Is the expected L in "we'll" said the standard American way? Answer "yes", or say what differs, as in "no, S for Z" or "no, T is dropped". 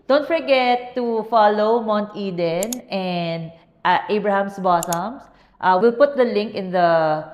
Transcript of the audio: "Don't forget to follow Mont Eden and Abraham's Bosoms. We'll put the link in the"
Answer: yes